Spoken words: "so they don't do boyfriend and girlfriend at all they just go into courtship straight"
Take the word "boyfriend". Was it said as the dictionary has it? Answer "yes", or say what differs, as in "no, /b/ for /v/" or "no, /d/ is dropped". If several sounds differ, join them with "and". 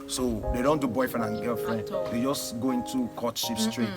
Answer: no, /d/ is dropped